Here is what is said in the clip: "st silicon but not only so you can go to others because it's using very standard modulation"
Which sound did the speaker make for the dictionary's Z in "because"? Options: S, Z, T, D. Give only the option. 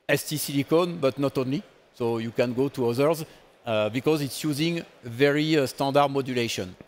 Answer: Z